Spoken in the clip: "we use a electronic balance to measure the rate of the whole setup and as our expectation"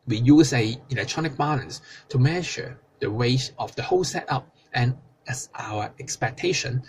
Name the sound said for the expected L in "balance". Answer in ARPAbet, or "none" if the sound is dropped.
N